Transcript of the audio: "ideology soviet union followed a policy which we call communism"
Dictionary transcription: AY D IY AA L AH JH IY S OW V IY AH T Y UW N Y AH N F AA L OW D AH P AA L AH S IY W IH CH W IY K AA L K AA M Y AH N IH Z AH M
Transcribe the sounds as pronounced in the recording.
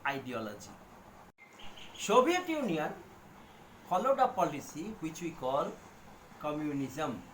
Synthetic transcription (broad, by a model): AY D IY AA L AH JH IY S OW B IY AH T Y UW N Y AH N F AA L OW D AH P AA L AH S IY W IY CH W IY K AA L K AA M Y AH N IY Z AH M